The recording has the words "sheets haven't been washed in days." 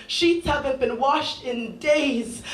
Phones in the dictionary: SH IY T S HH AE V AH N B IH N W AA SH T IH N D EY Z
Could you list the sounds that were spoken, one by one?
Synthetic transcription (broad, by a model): SH IY T S HH AE V AH N B IH N W AA SH T IH N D EY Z